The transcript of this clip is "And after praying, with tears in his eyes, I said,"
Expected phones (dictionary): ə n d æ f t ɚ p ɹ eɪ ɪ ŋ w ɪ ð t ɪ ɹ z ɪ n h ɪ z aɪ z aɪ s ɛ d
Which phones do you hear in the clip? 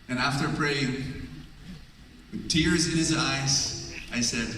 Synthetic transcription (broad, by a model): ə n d æ f t ɚ p ɹ eɪ ɪ ŋ w ɪ ð t ɪ ɹ z ɪ n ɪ z aɪ z aɪ s ɛ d